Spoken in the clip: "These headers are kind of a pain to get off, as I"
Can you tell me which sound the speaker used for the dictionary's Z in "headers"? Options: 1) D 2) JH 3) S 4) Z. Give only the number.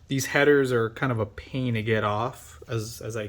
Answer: 4